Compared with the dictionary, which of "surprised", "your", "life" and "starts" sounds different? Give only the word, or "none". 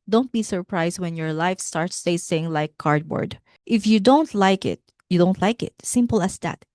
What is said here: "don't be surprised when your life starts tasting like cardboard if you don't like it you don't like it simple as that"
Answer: surprised